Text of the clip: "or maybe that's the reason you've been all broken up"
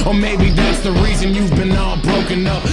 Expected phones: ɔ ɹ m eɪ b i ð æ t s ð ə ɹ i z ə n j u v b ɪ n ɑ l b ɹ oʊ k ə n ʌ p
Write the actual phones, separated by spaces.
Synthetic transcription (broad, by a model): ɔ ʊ m eɪ b i ð æ t s ð ə ɹ i z ə n j u v b ɪ n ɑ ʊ b ɹ oʊ k ə n ʌ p